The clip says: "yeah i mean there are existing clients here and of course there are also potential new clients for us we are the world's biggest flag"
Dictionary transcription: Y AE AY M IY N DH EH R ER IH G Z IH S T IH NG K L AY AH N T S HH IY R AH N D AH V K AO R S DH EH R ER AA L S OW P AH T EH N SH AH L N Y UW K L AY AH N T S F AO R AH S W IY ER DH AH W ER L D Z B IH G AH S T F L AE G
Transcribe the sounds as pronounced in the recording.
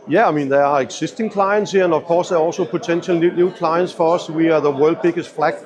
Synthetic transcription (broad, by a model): Y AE AY M IY N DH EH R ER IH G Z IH S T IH NG K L AY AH N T S HH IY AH N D AH V K AO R S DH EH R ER AA L S OW P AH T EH N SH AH L N Y UW K L AY AH N T S F AO R AH S W IY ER DH AH W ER L D B IH G AH S T F L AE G